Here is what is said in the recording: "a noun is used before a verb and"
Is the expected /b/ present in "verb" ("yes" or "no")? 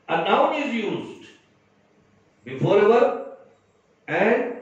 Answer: no